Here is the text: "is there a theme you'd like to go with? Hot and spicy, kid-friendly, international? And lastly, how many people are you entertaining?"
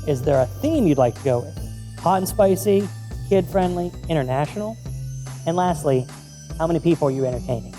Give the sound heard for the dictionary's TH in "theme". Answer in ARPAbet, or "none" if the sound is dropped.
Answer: TH